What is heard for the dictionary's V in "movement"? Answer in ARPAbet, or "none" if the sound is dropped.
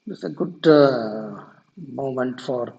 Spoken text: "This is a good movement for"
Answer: none